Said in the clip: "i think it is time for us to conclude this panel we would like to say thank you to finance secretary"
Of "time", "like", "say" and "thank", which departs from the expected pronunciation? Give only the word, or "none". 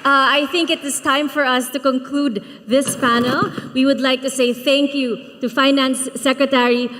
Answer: none